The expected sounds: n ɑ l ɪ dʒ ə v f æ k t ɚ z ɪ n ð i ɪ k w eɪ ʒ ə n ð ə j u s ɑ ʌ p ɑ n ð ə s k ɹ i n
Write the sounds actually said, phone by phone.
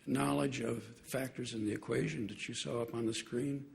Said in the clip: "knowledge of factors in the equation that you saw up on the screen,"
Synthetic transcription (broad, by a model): n ɑ l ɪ dʒ ə v f æ k t ɚ z ɪ n ð i ɪ k w eɪ ʒ ə n ð ə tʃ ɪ s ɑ ʌ p n ð ə s k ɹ i n